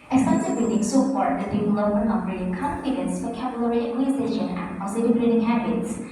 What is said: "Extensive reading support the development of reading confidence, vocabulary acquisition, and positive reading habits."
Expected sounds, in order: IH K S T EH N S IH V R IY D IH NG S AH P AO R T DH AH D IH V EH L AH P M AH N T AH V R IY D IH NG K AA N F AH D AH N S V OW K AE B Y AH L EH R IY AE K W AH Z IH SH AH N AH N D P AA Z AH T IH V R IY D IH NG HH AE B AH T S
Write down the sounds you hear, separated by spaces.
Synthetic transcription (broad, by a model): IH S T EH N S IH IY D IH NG S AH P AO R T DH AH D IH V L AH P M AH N AH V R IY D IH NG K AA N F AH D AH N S F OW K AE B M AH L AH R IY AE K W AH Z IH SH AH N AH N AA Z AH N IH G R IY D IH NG HH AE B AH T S